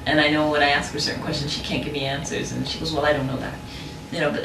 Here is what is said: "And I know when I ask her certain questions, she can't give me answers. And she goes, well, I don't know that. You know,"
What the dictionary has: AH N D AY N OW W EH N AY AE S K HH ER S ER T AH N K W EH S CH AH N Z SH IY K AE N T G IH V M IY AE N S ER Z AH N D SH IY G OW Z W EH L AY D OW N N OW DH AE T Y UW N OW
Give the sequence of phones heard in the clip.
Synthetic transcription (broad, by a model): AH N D AY N OW W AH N AY AE S K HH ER S ER T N K W EH S CH AH N Z SH IY K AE N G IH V M IY AE N S ER Z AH N SH IY G OW Z W EH L AY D OW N N OW DH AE T Y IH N OW